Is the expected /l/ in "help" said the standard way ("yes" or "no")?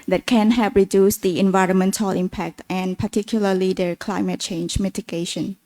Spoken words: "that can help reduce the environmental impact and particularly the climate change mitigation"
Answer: no